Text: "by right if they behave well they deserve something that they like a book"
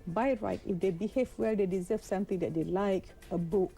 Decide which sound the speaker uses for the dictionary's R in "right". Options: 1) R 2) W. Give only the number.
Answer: 1